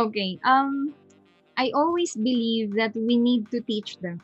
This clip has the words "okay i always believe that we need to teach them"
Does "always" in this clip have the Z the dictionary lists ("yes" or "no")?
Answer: no